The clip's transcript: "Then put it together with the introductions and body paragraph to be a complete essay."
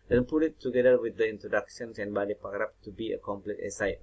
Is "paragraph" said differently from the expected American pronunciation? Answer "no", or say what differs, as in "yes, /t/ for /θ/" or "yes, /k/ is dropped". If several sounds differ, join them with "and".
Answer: yes, /p/ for /f/